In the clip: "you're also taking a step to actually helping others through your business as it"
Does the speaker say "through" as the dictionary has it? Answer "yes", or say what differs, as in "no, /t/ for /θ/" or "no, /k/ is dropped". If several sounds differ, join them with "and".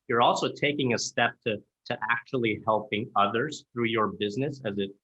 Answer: yes